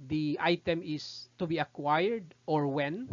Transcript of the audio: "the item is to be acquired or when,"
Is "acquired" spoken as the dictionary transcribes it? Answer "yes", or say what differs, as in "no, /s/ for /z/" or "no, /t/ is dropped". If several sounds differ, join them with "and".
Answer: yes